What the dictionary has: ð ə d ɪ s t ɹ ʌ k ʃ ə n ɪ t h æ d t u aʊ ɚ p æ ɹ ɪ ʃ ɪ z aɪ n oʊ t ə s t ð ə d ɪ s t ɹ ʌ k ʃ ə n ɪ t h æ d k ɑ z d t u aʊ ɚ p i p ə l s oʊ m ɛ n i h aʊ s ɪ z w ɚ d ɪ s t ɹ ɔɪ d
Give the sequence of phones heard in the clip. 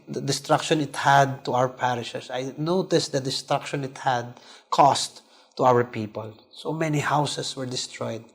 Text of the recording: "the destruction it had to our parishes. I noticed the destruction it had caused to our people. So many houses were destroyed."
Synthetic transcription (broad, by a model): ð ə d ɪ s t ɹ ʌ k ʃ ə n ɪ t h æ d t u aʊ ɚ p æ ɹ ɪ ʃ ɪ s aɪ n oʊ t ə s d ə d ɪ s t ɹ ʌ k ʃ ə n ɪ t h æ d k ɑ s t u aʊ ɚ p i p ə l s oʊ m ɛ n i h aʊ s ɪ s w ɚ d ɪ s t ɹ ɔɪ d